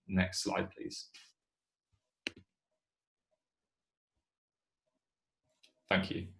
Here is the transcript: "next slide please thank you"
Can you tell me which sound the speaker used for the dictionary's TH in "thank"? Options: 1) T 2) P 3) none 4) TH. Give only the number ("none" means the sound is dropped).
4